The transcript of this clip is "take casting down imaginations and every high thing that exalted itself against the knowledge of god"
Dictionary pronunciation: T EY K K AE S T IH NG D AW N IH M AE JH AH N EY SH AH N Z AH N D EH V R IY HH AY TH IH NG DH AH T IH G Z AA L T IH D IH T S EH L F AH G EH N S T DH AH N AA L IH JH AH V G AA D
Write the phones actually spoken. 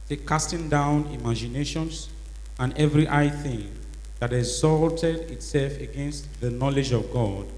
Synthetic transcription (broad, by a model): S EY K K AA S T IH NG D AW N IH M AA JH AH N EY SH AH N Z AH N EH V R IY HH AY TH IH NG DH AH T IH G Z AA L T IH D IH T S EH L F AH G EH N S T DH AH N AA L IH JH AH V G AA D